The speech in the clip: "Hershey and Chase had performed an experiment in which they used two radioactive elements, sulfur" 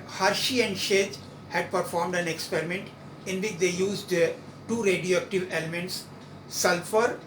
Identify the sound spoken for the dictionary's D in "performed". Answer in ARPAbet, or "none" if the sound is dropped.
D